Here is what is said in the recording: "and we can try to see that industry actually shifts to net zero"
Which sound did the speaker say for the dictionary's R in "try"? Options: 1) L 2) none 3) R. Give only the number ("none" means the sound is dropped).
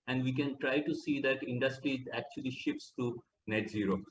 3